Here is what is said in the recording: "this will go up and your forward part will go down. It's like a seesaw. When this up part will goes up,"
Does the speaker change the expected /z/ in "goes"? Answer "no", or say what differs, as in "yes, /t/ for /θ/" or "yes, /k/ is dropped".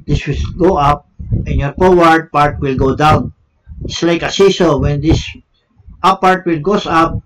yes, /s/ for /z/